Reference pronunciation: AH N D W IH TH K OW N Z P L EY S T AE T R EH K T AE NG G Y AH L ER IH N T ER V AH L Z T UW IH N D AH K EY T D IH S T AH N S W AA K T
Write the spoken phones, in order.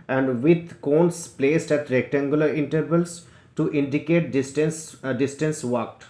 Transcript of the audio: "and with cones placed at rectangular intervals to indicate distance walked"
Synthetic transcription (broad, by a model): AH N D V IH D K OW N S P L EY S T AE T R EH K T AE NG G Y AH L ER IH N T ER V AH L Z T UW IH N D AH K EY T D IH S T AH N S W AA K T